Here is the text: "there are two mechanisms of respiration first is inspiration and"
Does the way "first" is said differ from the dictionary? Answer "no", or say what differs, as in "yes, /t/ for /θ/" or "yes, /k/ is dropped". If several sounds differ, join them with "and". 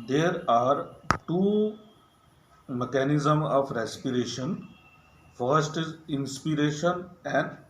no